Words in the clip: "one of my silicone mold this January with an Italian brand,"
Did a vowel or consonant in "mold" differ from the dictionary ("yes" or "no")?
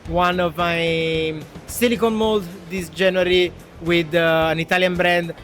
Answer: no